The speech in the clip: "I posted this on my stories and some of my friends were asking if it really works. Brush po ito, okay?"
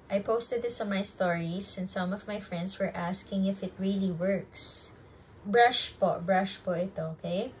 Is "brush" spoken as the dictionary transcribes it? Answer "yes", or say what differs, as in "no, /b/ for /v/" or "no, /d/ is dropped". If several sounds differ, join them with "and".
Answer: yes